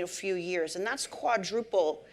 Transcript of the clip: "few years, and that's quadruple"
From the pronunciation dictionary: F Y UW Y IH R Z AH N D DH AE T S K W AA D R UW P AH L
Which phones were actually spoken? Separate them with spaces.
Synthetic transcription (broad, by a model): F Y UW Y IH R Z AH N DH AE T S K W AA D R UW P L